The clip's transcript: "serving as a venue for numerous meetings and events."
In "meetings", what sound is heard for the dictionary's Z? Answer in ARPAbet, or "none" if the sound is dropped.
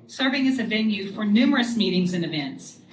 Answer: Z